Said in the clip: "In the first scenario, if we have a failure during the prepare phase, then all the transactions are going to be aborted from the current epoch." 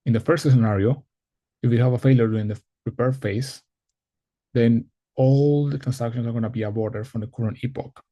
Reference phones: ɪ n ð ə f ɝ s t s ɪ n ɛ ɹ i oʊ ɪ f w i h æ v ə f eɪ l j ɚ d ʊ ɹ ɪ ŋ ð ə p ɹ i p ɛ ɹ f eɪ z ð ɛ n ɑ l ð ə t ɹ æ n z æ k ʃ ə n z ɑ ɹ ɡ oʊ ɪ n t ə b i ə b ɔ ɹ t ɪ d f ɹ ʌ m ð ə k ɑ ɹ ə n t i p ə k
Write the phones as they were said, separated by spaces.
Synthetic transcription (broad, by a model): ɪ n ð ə f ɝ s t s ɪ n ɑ ɹ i oʊ ɪ f w i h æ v ə f eɪ l j ɚ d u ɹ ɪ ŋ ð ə p ɹ i p ɛ ɹ f eɪ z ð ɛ n ɑ l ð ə t ɹ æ n s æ k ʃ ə n s ɑ ɹ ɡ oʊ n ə b i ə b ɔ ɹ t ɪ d f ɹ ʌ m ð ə k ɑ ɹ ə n i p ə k